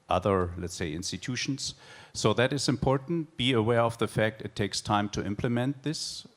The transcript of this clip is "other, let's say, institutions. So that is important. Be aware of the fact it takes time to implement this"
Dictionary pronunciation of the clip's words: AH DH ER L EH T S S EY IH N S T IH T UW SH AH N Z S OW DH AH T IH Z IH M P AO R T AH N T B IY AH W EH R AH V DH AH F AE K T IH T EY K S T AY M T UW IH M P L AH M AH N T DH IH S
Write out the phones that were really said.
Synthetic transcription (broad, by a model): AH DH ER L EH T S S EY IH N S T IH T UW SH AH N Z S OW DH AH T IH Z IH M P AO R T N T B IY AH W EH R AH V DH AH F AE K T IH T EY K S T AY M T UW IH M P L AH M AH N T DH IH S